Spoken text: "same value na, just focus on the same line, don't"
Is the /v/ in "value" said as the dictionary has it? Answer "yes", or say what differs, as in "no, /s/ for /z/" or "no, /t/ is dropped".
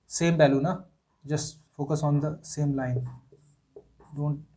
no, /b/ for /v/